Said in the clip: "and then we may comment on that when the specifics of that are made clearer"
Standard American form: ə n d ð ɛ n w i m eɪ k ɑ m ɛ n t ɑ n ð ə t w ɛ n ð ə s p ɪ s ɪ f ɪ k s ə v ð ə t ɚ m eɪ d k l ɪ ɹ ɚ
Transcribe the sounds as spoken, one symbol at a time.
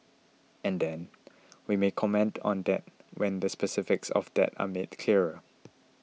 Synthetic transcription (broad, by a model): ə n d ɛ n w i m eɪ k ɑ m ɛ n t ɑ n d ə t w ɛ n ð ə s p ɪ s ɪ f ɪ k s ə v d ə t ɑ m eɪ d k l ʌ ɹ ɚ